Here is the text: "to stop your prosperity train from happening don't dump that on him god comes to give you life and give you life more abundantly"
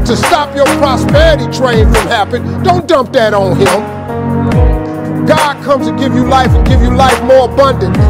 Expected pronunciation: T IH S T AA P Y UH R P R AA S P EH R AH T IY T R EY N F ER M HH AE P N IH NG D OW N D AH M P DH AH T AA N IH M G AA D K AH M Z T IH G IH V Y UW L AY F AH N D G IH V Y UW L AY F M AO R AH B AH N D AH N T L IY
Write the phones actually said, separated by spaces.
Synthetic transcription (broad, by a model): T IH S T AA P Y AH R P R AA S P EH R AH T IY T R EY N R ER M HH AE P IH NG D OW N D AH M P DH AH T N IH M G AA D K AH M T IH G IH V Y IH L AY F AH N G IH V Y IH L AY F M AO R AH B AH N D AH N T